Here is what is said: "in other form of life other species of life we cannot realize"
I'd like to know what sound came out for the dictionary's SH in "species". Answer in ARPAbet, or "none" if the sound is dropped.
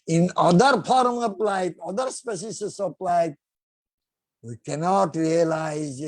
S